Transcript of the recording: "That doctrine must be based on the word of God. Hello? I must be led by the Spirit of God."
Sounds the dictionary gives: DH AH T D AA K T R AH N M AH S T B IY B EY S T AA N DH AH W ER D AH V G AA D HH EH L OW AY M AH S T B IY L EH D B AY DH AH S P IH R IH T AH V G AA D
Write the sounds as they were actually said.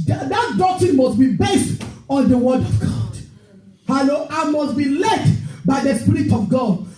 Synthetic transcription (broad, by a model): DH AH T D AA K T R AH N M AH S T B IY B EY S T AA N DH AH W ER D AH V G AA D HH EH L OW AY M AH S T B IY L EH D B AY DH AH S P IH R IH T AH V G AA D